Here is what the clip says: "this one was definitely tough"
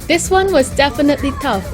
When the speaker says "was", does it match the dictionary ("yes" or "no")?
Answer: yes